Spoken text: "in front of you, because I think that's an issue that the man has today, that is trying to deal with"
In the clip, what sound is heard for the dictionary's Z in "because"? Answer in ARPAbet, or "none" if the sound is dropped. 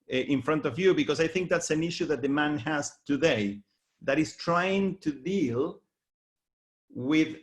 S